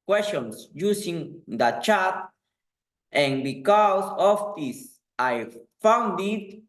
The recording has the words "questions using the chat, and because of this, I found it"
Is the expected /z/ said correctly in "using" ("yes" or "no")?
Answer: no